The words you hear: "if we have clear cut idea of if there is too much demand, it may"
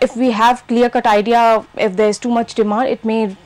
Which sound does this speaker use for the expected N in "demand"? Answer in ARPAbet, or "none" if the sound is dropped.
none